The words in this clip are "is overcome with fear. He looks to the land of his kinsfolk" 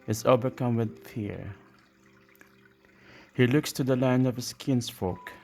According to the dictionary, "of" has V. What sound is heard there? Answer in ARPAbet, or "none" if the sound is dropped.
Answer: V